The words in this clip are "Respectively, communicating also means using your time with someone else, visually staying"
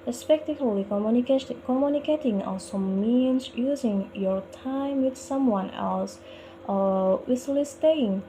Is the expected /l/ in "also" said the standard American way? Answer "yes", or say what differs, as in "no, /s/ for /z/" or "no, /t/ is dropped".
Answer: no, /l/ is dropped